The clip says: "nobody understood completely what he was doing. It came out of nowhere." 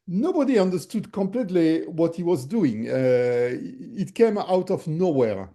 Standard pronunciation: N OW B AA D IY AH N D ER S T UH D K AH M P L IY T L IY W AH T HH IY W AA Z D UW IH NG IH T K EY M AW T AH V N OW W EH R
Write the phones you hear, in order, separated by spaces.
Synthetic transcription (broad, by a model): N OW B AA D IY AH N D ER S T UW D K AH M P L IY T L IY W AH T HH IY W AA Z D UW IH NG IH T K EY M AW T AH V N OW W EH R